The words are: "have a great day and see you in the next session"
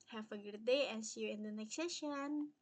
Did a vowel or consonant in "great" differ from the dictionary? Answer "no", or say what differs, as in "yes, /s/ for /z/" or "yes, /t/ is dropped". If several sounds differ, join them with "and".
yes, /ɹ/ is dropped